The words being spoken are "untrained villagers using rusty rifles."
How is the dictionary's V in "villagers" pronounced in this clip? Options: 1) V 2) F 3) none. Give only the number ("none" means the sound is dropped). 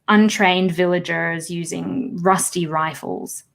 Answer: 1